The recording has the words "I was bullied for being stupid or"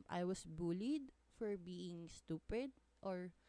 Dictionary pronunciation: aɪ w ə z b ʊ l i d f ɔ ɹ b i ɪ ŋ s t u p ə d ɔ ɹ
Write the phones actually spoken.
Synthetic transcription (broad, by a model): aɪ w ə s b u l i d f ɔ ɹ b i ɪ ŋ s t u p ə d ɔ ɹ